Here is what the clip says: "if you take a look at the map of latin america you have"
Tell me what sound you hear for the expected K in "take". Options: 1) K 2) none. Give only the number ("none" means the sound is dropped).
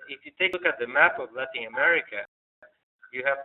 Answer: 2